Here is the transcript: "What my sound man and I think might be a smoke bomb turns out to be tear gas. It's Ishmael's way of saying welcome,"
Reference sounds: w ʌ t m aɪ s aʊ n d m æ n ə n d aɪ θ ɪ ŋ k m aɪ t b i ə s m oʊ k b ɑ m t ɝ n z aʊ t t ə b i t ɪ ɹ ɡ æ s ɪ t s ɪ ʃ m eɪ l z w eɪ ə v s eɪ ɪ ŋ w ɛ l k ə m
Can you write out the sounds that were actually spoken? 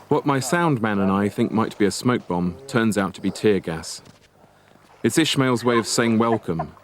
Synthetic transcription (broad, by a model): w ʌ t m aɪ s aʊ n d m æ n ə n aɪ θ ɪ ŋ k m aɪ t b i ə s m oʊ k b ɑ m t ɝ n z aʊ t t ə b i t ɪ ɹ ɡ æ s ɪ t s ɪ ʃ m eɪ l z w eɪ ə v s eɪ ɪ ŋ w ɛ l k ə m